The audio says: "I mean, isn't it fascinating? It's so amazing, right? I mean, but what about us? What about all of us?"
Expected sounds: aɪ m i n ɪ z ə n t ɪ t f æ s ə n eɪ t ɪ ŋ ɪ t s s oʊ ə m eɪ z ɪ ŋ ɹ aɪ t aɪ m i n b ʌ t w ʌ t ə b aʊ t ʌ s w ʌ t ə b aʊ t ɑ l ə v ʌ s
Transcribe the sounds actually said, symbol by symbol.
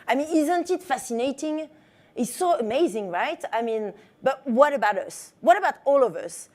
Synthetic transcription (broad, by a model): aɪ m i n ɪ z ə n t ɪ t f æ s ə n eɪ t ɪ ŋ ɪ t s s oʊ ə m eɪ z ɪ ŋ ɹ aɪ t aɪ m i n b ʌ t w ʌ t ə b aʊ t ʌ s w ʌ t ə b aʊ t ɑ l ə v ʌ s